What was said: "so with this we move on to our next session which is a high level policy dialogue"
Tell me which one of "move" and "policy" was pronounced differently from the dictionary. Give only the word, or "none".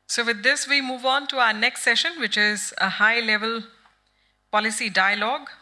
none